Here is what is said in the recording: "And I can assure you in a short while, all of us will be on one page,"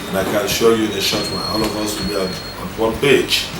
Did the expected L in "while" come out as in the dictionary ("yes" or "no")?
no